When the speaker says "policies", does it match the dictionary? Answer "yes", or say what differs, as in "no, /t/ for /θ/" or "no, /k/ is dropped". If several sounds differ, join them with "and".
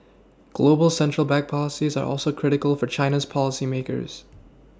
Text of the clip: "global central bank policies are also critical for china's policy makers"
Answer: yes